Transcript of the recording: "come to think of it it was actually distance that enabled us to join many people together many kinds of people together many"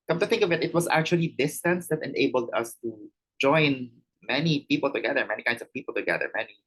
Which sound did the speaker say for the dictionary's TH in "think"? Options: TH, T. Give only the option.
TH